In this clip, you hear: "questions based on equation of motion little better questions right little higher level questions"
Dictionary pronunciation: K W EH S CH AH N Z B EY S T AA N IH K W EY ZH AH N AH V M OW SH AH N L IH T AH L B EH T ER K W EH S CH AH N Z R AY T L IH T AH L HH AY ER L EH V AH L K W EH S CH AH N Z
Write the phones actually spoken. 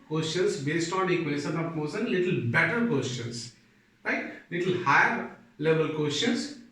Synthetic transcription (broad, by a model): K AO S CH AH N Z B EY S T AA N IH K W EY S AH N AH P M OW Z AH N L IH T AH L B EH T ER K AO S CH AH N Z R AY T L IH T AH L HH AY ER L EH V AH L K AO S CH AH N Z